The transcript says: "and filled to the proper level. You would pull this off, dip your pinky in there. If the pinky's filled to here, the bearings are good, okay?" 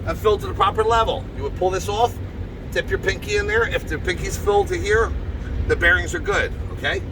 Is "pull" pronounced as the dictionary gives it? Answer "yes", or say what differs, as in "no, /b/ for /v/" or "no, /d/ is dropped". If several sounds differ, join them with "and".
yes